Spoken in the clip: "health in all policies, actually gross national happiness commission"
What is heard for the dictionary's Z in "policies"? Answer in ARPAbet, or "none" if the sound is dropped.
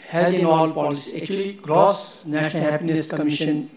none